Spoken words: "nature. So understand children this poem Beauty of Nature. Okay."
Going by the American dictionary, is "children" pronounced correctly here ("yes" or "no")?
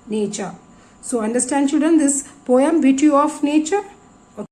no